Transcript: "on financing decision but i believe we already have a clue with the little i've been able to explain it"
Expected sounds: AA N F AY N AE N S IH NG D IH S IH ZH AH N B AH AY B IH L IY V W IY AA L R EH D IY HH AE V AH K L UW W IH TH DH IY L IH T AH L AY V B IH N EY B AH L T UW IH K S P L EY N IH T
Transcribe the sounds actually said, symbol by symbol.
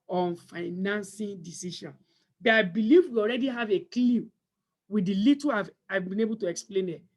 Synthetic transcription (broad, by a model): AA N F AY N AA N S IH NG D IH S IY SH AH N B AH AY B IH L IY V W IY AA L R EH D IY HH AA V AH K L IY W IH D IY L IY T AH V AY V B IH N EY B AH L T UW IH K S P L EY N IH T